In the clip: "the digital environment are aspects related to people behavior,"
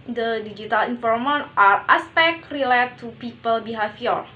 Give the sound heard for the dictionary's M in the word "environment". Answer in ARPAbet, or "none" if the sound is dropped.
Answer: none